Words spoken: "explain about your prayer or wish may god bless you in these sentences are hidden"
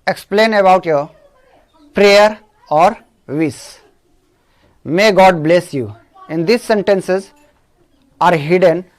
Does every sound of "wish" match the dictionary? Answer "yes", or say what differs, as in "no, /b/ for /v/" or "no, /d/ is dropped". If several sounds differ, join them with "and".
no, /s/ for /ʃ/